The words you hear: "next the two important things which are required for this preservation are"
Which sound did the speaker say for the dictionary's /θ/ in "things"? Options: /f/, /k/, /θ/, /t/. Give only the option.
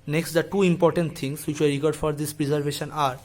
/t/